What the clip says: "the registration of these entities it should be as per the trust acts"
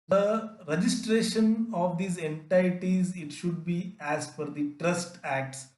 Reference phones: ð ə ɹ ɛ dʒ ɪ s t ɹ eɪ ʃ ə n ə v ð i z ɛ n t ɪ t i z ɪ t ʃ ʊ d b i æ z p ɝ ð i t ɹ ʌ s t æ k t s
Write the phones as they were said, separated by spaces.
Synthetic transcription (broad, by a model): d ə ɹ ɛ dʒ ɪ s t ɹ eɪ ʃ ə n ə v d i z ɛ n t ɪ t i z ɪ t ʃ ʊ d b i æ z f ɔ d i t ɹ ʌ s t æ k t s